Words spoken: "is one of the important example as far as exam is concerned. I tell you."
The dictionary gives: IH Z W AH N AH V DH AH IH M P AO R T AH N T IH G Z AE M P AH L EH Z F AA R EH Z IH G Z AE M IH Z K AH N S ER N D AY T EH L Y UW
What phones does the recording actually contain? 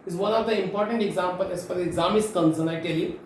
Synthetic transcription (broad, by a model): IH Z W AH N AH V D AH IH M P AO R T AH N T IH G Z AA M P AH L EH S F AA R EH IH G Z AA M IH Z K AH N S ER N AY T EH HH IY